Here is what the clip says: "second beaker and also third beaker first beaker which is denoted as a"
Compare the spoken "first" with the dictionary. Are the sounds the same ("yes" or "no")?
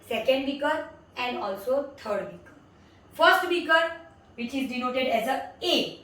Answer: yes